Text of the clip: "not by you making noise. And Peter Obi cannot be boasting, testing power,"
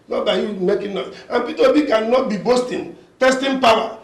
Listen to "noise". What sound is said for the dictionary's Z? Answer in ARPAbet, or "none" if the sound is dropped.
none